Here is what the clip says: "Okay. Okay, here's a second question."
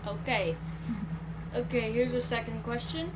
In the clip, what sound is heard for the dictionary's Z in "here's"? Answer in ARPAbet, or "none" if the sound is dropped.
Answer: Z